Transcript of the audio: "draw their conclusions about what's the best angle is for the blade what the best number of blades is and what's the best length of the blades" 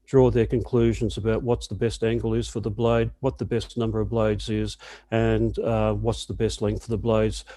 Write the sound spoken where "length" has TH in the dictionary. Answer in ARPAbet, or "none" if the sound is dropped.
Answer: F